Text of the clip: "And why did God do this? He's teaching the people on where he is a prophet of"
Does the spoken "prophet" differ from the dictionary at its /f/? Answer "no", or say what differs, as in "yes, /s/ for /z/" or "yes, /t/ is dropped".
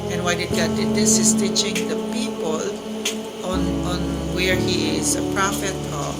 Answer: no